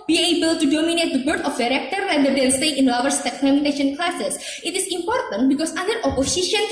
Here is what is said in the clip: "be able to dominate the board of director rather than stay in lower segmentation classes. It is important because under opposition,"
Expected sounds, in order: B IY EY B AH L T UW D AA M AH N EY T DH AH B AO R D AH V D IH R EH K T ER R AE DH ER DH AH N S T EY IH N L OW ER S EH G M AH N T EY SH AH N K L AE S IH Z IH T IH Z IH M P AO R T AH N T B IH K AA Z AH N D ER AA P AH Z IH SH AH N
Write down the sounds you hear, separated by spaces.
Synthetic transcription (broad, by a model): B IY EY B AH L T UW D AA M AH N EY T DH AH B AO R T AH F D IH R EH K T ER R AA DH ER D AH L S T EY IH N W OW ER S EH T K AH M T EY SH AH N K L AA S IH S IH T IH S IH M P AO R T AH N T B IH K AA S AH N D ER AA P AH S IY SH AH N